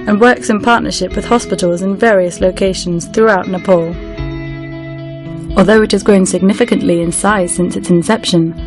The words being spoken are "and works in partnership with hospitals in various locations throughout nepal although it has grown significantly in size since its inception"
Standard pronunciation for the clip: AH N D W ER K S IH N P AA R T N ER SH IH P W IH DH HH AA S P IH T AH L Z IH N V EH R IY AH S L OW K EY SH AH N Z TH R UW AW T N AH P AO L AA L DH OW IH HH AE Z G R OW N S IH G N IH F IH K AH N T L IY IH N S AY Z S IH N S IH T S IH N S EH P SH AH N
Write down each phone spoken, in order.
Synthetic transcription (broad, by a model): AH N W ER K S IH N P AA T N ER SH IH P W IH DH HH AA S P IH T AH L Z IH N V EH R IY AH S L OW K EY SH AH N Z TH R UW AW T N AH P AO L AA L DH OW IH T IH Z G R OW N S IH G N IH F IH K AH N T L IY IH N S AY Z S IH N S IH T S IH N S EH P SH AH N